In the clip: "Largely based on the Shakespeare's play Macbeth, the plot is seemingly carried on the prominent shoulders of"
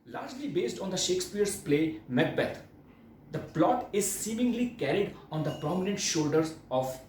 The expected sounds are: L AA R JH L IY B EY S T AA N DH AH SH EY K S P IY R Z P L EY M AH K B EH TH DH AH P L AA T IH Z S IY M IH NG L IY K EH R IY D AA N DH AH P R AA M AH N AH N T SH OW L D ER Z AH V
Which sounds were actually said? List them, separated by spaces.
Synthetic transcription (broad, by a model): L AA R JH L IY B EY S T AA N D AH SH EY K S P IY R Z P L EY M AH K B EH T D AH P L AA T IH Z S IY M IH NG L IY K EH R IY D AA N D AH P R AA M AH N AH N T SH OW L D ER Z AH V